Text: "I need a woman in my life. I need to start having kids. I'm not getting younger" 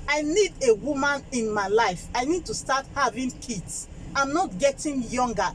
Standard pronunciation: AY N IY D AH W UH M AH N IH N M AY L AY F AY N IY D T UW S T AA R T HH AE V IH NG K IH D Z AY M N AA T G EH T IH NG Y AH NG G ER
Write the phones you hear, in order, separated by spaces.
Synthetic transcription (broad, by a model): AY N IY D AH W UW M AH N IH N M AY L AY F AY N IY D T UW S T AA T HH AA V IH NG K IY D S AY M N AA T G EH T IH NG Y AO NG G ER